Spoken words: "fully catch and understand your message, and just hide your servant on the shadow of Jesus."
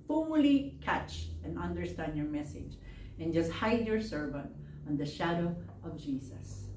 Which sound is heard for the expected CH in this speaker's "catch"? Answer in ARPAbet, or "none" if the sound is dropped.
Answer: CH